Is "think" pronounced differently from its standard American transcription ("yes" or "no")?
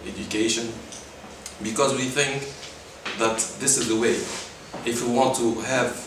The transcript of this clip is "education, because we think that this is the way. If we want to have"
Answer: no